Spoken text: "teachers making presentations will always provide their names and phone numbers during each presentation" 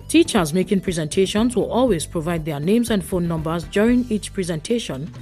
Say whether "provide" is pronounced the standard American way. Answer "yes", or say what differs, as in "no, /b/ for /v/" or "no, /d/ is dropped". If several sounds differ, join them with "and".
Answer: yes